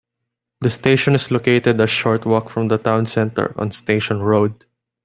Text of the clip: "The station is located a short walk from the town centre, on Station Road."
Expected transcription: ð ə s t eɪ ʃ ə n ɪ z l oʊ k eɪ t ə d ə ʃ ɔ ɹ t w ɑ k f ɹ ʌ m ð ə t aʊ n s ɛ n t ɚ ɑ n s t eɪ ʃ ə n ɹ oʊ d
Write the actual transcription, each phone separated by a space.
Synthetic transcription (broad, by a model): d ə s t eɪ ʃ ə n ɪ s l oʊ k eɪ t ə d ə ʃ ɔ ɹ t w ɑ k f ɹ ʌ m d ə t aʊ n s ɛ n t ɚ ɑ n s t eɪ ʃ ə n ɹ oʊ d